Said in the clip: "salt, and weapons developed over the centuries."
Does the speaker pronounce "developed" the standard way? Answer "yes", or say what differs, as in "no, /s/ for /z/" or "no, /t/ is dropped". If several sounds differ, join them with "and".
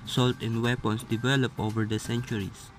no, /t/ is dropped